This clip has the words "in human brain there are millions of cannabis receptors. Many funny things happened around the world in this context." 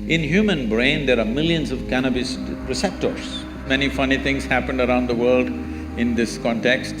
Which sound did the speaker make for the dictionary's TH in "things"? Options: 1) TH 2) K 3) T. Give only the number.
3